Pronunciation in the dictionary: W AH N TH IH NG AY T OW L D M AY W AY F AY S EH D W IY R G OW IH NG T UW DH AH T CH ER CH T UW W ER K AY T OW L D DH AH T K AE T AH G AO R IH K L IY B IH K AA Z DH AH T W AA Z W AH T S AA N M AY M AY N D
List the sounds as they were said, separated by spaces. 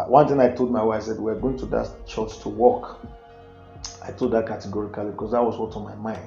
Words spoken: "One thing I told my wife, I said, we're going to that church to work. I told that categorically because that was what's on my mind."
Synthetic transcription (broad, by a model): W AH N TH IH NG AY T OW L D M AY W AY AY S EH D W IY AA G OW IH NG T UW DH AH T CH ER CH T UW W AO K AY T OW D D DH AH T K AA T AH G AO R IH K L IY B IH K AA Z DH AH T W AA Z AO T AA M AY M AY N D